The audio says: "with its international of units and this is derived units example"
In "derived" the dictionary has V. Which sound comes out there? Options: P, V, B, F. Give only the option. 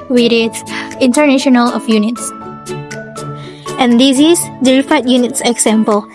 F